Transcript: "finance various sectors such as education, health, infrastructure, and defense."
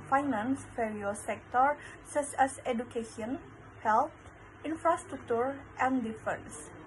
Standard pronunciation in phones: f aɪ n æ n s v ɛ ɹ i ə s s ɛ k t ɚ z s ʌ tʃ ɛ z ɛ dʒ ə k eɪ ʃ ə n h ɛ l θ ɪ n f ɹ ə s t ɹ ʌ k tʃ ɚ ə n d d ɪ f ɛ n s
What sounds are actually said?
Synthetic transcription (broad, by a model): f aɪ n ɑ n s f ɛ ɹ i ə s s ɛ k t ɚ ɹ s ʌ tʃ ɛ s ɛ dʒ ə k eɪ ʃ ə n h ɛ l t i n f ɹ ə s t ɹ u k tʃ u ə n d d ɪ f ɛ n s